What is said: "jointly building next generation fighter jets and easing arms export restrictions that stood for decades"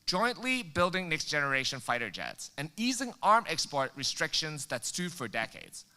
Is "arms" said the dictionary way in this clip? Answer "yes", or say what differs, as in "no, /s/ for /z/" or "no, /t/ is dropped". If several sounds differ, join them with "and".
no, /z/ is dropped